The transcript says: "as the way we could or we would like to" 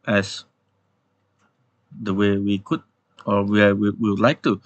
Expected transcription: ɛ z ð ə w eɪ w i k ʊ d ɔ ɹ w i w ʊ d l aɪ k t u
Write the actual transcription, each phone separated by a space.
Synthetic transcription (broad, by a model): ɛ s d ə w eɪ w i k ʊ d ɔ w w i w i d l aɪ k t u